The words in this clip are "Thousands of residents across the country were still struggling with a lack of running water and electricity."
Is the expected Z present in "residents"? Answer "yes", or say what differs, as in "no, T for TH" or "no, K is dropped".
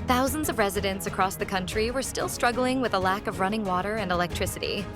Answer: yes